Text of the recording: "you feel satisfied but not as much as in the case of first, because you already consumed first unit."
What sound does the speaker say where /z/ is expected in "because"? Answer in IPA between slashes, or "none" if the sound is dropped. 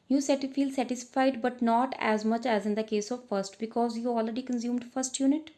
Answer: /z/